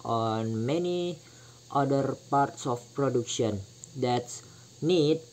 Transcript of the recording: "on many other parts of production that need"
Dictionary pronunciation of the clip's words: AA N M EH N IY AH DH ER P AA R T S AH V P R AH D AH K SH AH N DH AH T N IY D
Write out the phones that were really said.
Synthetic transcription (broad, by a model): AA N M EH N IY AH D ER P AA R T S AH F P R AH D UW K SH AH N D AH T N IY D